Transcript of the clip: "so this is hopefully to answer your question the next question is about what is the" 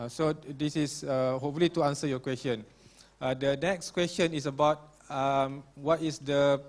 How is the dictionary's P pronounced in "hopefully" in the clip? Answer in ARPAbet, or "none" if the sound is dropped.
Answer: none